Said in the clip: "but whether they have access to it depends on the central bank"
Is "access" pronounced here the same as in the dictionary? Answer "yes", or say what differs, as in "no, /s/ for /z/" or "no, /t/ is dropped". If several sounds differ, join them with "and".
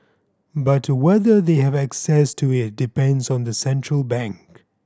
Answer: yes